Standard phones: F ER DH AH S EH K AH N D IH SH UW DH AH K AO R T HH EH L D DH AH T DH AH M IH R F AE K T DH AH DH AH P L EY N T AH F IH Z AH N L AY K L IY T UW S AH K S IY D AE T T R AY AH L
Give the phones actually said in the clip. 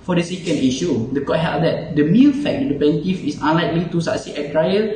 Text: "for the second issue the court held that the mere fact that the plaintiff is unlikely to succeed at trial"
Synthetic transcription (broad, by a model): F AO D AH S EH K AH N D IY SH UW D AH K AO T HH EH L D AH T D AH M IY L F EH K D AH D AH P EY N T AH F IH S AH N L AY K L IY T UW S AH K S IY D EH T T R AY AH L